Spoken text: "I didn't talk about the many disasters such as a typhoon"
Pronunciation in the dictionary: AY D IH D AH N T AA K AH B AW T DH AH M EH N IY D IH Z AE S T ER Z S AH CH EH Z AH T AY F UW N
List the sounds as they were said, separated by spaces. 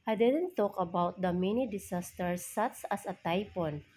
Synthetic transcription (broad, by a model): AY D IH D AH N T AA K AH B AW T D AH M EH N IY D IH S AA S T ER S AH S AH S AH T AY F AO N